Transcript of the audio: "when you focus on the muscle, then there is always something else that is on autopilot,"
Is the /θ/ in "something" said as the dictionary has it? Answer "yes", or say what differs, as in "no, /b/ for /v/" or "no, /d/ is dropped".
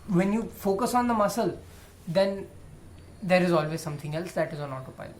no, /t/ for /θ/